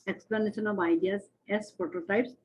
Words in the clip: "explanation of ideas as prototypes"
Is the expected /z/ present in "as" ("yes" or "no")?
no